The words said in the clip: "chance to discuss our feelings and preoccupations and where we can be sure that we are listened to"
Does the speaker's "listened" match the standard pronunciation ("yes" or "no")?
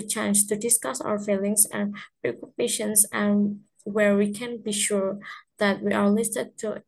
no